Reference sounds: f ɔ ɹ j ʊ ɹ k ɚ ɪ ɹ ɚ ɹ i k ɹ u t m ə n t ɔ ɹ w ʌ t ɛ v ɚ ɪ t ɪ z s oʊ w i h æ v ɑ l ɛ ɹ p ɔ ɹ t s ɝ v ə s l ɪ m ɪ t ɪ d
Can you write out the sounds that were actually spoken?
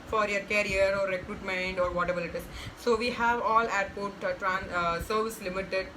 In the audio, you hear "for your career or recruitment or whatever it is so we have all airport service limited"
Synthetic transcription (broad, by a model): f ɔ ɹ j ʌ ɹ k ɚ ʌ ɹ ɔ ɹ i k ɹ u t m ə n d ɔ ɹ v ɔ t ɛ b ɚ ɪ t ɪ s s oʊ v i h æ v ɑ l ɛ ɹ p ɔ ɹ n s ɝ v ə s l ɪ m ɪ t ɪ d